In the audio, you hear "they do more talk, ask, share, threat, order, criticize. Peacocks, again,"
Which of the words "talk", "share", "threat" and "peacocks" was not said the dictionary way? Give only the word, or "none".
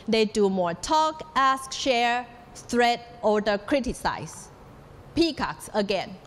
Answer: threat